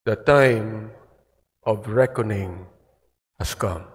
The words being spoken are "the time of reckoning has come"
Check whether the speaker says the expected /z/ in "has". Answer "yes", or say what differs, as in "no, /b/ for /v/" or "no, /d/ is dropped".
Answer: no, /s/ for /z/